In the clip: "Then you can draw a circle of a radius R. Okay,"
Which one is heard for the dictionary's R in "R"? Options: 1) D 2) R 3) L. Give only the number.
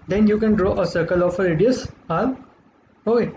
3